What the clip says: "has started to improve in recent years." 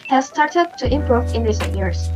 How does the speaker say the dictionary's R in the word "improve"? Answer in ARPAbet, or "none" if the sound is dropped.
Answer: R